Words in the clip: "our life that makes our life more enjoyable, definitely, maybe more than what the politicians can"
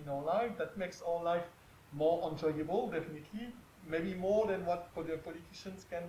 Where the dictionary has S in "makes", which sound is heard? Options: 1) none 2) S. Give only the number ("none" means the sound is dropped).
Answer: 2